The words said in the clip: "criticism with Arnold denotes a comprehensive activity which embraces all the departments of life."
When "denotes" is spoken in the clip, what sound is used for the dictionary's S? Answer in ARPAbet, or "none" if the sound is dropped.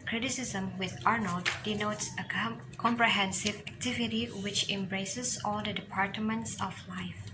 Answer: S